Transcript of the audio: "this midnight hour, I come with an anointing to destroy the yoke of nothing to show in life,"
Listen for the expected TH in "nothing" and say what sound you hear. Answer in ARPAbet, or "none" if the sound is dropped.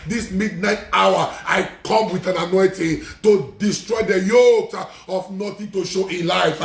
T